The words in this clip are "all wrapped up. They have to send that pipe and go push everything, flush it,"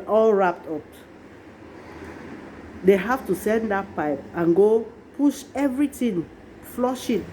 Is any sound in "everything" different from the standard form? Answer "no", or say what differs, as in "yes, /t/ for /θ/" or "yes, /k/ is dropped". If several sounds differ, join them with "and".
yes, /t/ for /θ/